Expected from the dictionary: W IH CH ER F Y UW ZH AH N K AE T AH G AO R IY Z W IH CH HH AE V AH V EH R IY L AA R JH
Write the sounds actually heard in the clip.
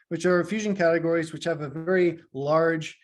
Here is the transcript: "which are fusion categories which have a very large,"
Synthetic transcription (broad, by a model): W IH CH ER F Y UW ZH AH N K AE T AH G AO R IY Z W IH CH HH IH V AH V EH R IY L AA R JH